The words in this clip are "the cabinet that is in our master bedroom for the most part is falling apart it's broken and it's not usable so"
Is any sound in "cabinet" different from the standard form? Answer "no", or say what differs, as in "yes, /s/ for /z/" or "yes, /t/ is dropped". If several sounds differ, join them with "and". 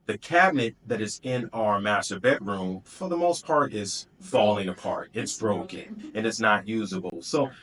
no